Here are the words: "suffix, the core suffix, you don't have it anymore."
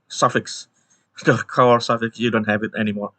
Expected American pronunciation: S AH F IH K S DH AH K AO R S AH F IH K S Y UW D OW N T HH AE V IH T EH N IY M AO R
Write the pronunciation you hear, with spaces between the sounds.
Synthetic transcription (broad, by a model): S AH F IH K S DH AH K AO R S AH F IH K S Y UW D OW N T HH AE V IH T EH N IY M AO R